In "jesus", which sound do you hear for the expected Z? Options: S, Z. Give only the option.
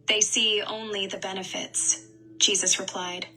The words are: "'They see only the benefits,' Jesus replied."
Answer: Z